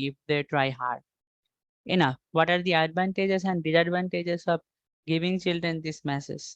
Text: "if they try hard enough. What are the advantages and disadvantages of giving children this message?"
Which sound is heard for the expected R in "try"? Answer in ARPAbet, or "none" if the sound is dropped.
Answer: R